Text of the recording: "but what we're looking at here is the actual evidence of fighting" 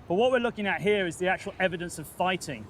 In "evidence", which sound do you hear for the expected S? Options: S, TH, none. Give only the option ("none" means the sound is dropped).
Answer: S